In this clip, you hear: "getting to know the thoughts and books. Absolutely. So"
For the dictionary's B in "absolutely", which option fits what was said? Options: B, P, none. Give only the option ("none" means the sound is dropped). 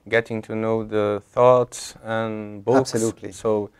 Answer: none